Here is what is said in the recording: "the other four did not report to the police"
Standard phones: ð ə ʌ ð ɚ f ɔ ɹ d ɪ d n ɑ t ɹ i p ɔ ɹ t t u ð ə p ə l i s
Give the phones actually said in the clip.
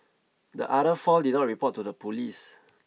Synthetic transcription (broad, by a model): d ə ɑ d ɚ f ɔ l d ɪ d n ɑ t ɹ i p ɔ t t u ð ə p ə l i s